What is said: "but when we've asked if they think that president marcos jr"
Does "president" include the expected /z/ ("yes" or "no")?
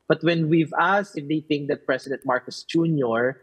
no